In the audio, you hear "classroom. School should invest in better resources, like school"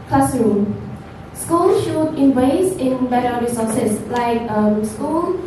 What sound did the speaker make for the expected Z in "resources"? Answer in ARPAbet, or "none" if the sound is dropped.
S